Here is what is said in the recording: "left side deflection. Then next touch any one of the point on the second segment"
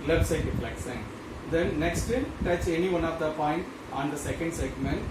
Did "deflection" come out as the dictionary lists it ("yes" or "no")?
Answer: no